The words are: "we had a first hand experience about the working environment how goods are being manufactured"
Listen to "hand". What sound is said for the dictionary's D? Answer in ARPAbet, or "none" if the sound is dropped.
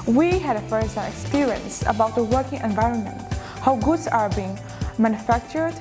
none